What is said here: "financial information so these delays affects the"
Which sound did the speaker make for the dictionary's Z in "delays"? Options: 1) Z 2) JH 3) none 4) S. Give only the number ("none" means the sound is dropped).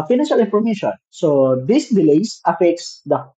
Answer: 4